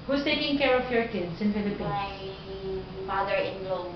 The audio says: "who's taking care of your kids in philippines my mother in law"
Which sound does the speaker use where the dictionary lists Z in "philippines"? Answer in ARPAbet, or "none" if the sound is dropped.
none